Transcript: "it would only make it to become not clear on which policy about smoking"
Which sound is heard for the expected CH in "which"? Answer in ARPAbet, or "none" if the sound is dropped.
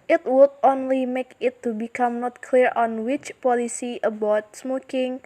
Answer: CH